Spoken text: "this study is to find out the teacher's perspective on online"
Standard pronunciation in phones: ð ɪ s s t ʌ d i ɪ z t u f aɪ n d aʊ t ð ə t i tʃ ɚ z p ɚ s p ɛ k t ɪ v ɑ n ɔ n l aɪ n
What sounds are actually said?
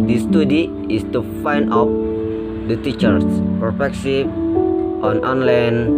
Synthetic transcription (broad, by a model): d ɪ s s t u d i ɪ s t u f aɪ n d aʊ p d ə t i tʃ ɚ s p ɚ p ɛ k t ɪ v ɑ n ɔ n l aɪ n